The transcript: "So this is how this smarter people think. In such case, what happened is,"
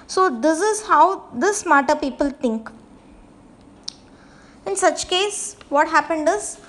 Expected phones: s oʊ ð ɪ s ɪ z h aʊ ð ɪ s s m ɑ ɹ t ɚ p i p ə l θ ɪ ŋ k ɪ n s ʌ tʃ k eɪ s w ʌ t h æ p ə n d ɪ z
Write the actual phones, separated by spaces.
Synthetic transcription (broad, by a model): s oʊ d ɪ s ɪ z h aʊ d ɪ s s m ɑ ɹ t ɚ p i p ə l t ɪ ŋ k ɪ n s ʌ tʃ k eɪ s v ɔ t h æ p ə n d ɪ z